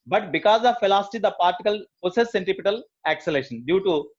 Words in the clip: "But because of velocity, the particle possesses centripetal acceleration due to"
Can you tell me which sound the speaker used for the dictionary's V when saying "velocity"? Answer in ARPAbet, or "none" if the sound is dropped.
F